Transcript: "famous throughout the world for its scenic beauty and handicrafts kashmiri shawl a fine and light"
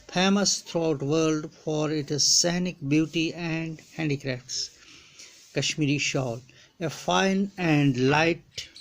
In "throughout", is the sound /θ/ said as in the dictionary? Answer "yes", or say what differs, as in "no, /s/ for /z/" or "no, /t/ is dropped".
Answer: no, /t/ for /θ/